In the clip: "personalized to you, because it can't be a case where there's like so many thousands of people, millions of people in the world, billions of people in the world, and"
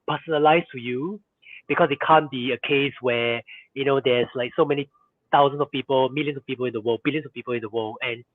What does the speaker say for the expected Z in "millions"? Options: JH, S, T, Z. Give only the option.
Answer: S